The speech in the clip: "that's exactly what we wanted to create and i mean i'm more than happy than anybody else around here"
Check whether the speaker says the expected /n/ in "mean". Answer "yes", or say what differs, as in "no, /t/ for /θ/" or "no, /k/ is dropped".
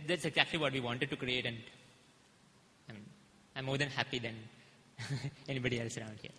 no, /n/ is dropped